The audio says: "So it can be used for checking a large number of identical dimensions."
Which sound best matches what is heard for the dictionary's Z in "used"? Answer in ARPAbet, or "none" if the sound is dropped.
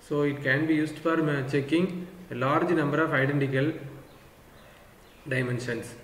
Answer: S